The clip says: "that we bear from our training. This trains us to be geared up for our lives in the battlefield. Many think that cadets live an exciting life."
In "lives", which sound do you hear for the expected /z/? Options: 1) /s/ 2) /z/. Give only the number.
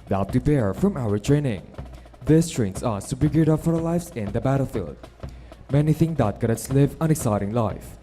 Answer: 1